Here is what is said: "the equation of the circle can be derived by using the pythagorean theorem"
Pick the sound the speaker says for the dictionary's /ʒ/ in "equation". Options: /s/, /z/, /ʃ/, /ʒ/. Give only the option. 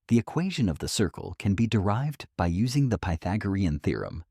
/ʒ/